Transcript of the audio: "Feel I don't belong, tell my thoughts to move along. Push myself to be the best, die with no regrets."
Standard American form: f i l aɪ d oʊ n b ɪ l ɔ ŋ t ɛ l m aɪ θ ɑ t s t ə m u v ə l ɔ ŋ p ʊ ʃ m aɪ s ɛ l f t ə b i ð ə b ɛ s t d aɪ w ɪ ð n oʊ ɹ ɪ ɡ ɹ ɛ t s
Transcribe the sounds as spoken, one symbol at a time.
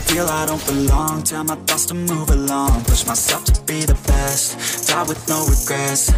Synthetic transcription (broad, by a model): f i l aɪ d oʊ n b ɪ l ɔ ŋ t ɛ m aɪ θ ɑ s t ə m u v ə l ɔ ŋ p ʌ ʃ m aɪ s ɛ f t ə b i ð ə b ɛ s t d aɪ w ɪ ð n oʊ ɹ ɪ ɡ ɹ ɛ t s